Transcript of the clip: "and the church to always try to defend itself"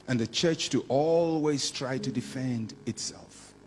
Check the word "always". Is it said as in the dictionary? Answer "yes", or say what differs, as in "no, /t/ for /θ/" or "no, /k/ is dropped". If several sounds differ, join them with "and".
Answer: yes